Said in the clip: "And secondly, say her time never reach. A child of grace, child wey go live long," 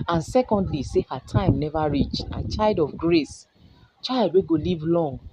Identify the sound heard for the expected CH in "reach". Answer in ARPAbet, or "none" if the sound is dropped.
CH